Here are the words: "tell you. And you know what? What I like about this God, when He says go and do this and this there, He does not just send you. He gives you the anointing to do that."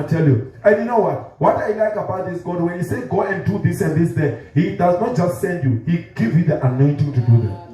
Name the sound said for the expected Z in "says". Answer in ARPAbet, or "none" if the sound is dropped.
none